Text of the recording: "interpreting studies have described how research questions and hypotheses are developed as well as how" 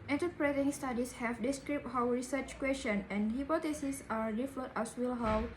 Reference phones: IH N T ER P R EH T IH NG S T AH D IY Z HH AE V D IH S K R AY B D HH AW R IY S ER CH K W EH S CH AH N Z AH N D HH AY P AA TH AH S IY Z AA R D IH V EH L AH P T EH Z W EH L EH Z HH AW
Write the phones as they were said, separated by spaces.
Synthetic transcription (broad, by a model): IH N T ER P R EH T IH NG S T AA D IY S HH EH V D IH S K R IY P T HH AW R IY S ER CH K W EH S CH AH N AH N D HH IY P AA T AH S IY S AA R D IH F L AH T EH S W EH L HH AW